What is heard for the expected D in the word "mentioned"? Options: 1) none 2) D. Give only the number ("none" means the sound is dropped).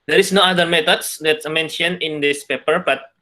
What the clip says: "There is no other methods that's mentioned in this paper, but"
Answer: 1